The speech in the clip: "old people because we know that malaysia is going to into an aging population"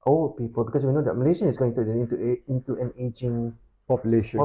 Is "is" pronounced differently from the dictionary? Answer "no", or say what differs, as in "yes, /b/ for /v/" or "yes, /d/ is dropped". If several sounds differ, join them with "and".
yes, /s/ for /z/